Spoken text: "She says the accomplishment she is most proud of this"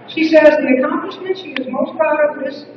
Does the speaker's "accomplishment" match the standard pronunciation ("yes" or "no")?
yes